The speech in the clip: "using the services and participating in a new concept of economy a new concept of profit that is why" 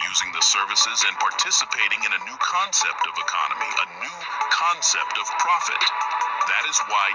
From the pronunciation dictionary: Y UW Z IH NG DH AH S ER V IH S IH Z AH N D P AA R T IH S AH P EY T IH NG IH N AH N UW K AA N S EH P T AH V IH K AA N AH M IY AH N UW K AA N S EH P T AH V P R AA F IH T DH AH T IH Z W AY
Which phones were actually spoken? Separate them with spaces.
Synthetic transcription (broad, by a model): Y UW Z IH NG DH AH S ER V IH S IH Z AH N P AA R T IH S AH P EY T IH NG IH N AH N UW K AA N S EH P T AH V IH K AA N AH M IY AH N UW K AA N S EH P T AH V P R AA F IH T DH AH T IH Z W AY